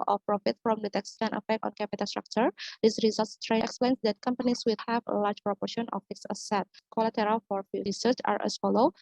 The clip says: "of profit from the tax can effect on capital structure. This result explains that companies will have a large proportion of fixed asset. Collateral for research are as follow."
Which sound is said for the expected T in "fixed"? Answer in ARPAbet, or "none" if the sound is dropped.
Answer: none